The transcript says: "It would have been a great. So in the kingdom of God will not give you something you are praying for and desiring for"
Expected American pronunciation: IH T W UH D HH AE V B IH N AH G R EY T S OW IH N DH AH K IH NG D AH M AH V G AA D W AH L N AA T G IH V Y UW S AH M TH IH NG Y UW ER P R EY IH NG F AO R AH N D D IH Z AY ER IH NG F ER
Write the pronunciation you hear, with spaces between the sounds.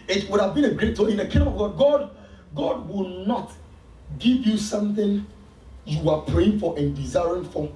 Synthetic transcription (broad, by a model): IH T W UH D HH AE V B IH N AH G R EY T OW IH N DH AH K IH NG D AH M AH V G AA D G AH W N AA T G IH V Y UW S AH M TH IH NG Y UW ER P R EY IH NG F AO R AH N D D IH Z AY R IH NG F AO